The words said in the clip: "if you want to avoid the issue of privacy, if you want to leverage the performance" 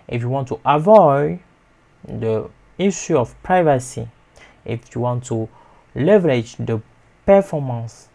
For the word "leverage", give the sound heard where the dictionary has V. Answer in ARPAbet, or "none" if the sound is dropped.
V